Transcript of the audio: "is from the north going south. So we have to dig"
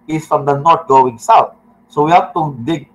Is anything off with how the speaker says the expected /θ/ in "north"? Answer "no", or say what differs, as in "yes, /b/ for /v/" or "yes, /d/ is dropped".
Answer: yes, /t/ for /θ/